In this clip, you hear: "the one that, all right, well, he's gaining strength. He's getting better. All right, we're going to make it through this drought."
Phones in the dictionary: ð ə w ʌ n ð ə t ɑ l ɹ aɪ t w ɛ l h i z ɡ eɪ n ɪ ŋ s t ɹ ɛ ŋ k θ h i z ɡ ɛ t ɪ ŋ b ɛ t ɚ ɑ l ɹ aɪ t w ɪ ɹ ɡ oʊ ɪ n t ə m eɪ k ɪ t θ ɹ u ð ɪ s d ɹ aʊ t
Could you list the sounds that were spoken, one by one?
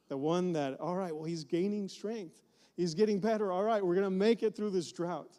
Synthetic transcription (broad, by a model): ð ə w ʌ n ð ə t ɑ l ɹ aɪ t w ɛ l h i z ɡ eɪ n ɪ ŋ s t ɹ ɛ ŋ k θ h i z ɡ ɛ t ɪ ŋ b ɛ t ɚ ɑ l ɹ aɪ t w ɪ ɹ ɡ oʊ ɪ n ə m eɪ k ɪ t θ ɹ u ð ɪ s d ɹ aʊ t